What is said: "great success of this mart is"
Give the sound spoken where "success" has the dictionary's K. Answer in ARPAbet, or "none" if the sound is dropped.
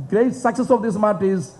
K